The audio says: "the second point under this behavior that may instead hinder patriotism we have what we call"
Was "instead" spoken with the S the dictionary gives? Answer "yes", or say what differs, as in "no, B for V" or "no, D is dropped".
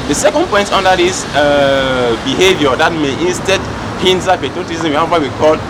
yes